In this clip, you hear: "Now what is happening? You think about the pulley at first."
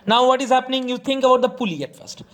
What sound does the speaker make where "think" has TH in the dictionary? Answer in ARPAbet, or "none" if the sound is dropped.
T